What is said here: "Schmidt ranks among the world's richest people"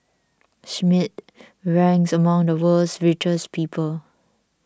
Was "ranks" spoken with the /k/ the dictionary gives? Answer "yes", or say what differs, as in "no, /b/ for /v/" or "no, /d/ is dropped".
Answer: no, /k/ is dropped